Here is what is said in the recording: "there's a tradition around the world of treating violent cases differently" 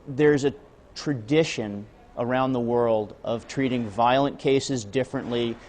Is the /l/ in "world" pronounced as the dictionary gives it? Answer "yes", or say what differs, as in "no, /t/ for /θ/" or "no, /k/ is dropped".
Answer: yes